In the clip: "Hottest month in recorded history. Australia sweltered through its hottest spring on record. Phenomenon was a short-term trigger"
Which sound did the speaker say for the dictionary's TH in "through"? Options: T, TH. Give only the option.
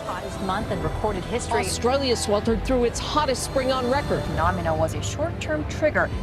TH